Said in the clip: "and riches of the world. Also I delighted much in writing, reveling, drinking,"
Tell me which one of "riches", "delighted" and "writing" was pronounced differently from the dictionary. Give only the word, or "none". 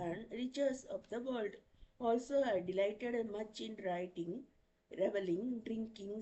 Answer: riches